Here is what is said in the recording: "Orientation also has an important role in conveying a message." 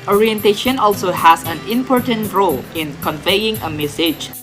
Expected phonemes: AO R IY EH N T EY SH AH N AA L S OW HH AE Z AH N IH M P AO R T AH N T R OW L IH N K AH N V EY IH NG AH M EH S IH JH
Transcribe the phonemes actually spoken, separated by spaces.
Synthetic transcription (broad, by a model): AO R IY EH N T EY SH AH N AA L S OW HH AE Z AH N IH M P AO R T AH N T R OW L IH N K AH N V EY IH NG AH M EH S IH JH